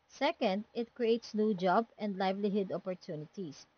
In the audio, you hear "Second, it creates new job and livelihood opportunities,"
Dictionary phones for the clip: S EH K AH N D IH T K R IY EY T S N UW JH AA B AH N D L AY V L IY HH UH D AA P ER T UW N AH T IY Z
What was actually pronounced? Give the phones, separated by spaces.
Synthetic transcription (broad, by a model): S EH K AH N D IH T K R IY EY T S N UW JH AA B AH N D L AY V L IY HH UH D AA P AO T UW N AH T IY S